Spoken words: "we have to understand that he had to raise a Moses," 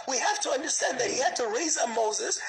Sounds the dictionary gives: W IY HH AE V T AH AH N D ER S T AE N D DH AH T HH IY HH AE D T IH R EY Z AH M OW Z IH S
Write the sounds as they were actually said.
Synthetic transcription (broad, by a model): W IY HH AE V T AH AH N D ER S T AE N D DH AH T HH IY HH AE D T IH R EY Z AH M OW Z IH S